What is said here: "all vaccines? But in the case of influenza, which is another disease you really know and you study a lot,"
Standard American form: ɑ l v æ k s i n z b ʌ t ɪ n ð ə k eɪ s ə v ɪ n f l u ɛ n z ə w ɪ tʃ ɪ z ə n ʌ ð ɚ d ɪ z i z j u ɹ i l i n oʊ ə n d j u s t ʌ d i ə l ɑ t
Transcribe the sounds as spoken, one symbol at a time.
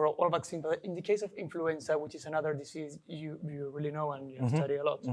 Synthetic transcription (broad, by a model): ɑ l v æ k s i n b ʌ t ɪ n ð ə k eɪ s ə v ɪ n f l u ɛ n s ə w ɪ tʃ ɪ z ə n ʌ ð ɚ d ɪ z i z j u ɹ i l i n oʊ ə n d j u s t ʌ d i ə l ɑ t